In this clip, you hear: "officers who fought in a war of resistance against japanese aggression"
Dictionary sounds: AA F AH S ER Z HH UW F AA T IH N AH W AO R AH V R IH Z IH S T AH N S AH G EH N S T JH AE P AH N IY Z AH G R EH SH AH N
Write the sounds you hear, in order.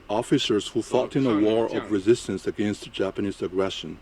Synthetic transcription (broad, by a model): AA F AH S ER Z HH UW F AA T IH N AH W AO R AH V R IH Z IH S T AH N S AH G EH N S T JH AE P AH N IY Z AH G R EH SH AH N